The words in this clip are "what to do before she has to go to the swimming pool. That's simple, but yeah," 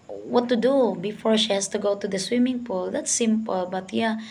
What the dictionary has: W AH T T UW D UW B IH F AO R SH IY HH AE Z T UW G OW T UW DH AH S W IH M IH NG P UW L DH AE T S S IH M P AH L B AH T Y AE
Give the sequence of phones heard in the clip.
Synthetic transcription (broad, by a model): W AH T T UW D UW B IH F AO R SH IY HH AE S T UW G OW T UW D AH S W IH M IH NG P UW L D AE T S S IH M P AH L B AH T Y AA